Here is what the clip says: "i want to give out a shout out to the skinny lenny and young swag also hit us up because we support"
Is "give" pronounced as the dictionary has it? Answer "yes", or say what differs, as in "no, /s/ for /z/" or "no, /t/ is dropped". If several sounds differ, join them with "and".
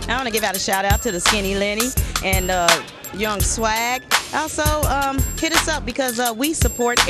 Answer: yes